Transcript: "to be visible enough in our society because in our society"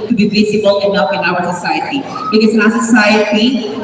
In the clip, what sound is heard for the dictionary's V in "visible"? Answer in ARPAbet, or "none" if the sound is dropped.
B